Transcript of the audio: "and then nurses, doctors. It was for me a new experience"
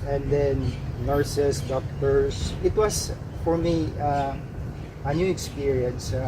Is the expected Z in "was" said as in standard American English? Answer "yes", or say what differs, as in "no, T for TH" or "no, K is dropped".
no, S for Z